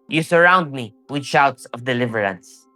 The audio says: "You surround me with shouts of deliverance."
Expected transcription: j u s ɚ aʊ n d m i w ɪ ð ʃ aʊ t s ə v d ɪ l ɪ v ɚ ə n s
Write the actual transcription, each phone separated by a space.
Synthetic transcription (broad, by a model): j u s ɚ aʊ n d m i w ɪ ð ʃ aʊ t s ə v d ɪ l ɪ v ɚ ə n s